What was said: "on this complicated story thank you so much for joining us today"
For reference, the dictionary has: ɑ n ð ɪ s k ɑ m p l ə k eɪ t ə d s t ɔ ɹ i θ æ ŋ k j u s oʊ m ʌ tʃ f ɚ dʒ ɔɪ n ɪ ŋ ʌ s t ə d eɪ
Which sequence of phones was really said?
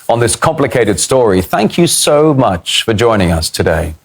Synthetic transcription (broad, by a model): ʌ n ð ɪ s k ɑ m p l ə k eɪ t ə d s t ɔ ɹ i θ æ ŋ k j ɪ s oʊ m ʌ tʃ f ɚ dʒ ɔɪ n ɪ ŋ ʌ s t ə d eɪ